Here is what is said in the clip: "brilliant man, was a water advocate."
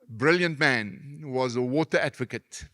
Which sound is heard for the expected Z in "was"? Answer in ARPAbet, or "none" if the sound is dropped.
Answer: Z